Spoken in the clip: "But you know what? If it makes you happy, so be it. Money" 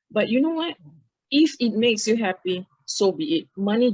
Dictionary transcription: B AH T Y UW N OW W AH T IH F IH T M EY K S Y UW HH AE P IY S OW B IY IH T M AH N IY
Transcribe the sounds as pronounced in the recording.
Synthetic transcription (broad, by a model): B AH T Y UW N OW W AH T IH F IH T M EY K S Y UW HH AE P IY S OW B IY IH T M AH N IY